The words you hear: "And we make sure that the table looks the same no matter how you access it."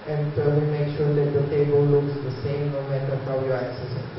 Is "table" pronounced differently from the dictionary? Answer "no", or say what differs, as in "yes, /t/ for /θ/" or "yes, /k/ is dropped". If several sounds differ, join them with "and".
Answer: no